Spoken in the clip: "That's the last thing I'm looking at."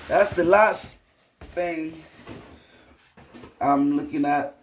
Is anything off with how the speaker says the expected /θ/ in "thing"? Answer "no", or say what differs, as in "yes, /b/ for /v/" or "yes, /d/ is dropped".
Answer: no